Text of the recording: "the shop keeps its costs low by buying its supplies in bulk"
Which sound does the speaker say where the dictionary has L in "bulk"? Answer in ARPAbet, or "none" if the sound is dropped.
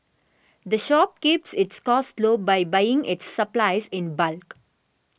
L